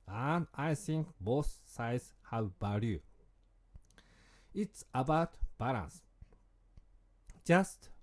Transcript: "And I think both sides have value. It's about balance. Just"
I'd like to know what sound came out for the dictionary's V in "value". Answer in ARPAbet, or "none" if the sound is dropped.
B